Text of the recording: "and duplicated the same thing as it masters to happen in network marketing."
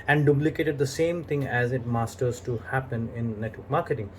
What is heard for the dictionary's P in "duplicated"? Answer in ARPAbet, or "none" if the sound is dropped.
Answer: B